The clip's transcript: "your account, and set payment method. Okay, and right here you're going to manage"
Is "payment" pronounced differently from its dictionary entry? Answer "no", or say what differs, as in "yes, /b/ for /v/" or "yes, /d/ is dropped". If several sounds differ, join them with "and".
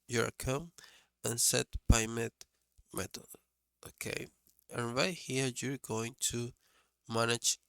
yes, /b/ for /p/ and /n/ is dropped